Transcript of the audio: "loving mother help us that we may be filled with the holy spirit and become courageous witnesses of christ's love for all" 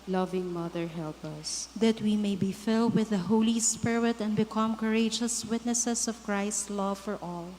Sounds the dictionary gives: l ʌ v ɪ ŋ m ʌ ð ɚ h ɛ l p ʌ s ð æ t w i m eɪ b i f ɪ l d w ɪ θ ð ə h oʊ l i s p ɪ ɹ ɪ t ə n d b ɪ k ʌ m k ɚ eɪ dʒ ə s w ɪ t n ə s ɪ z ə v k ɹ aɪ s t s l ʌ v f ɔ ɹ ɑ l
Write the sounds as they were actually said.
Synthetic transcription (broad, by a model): l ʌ v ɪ ŋ m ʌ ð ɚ h ɛ l p ʌ s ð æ t w i m eɪ b i f ɪ l d w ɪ ð ə h oʊ l i s p ɪ ɹ ɪ t ə n d b ɪ k ʌ m k ɚ eɪ dʒ ə s w ɪ t n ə s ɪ s ə v k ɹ aɪ s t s l ʌ v f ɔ ɹ ɑ l